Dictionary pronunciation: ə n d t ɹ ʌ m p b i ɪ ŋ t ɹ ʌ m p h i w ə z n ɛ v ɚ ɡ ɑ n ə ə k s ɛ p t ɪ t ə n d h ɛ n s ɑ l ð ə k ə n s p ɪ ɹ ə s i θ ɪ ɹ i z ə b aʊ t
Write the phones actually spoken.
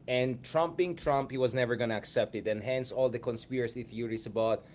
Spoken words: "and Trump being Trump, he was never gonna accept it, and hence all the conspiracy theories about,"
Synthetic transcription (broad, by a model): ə n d t ɹ ʌ m p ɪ ŋ t ɹ ʌ m p h i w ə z n ɛ v ɚ ɡ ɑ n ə ə k s ɛ p t ɪ t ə n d h ɛ n s ɑ l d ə k ə n s p ɪ ɹ ə s i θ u ɹ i s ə b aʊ t